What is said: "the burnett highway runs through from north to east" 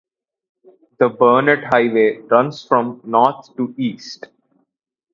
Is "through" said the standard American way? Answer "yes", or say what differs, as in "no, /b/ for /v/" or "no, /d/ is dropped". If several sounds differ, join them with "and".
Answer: no, /f/ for /θ/